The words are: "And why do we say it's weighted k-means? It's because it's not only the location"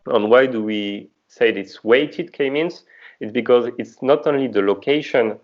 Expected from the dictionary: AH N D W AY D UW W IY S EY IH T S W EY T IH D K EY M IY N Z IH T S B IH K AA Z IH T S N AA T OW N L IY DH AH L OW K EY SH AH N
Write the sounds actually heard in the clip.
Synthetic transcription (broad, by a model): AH N W AY D UW W IY S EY IH T S W EY T IH D K EY M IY N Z IH T S B IH K AA Z IH T S N AA T OW N L IY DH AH L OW K EY SH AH N